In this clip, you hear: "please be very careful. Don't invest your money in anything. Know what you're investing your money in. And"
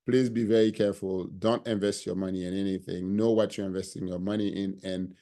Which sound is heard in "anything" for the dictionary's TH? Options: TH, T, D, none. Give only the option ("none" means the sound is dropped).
TH